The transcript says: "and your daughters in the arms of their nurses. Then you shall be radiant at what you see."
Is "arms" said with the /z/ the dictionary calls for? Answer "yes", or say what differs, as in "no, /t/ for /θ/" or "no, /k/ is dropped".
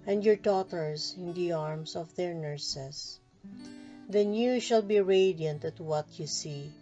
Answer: no, /s/ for /z/